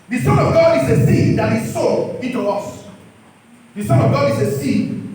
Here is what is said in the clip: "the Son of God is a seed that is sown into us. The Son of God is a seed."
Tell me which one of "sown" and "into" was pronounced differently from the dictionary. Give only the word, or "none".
sown